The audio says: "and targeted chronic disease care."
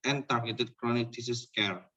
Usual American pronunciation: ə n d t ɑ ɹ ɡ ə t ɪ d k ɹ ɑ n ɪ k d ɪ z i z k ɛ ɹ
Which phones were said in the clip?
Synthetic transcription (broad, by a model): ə n t ɑ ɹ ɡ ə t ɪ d k ɹ ɑ n ɪ k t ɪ s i s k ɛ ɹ